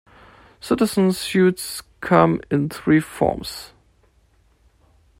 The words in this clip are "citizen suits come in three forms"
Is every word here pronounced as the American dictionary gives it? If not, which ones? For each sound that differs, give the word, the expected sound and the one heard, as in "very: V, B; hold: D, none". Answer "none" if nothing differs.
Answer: none